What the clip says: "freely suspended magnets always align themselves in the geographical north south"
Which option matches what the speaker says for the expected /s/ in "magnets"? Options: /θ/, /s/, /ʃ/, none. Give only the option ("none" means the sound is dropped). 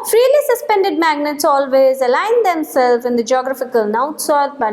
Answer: /s/